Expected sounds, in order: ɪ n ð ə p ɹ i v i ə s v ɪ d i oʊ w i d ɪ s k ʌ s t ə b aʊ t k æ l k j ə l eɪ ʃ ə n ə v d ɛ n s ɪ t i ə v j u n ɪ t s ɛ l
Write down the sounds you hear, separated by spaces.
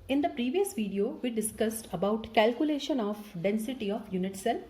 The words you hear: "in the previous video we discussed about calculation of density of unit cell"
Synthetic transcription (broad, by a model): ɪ n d ə p ɹ i v i ə s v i d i oʊ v i d ɪ s k ʌ s t ə b aʊ t k æ l k j ə l eɪ ʃ ə n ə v d ɛ n s ɪ t i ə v j u n ɪ t s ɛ l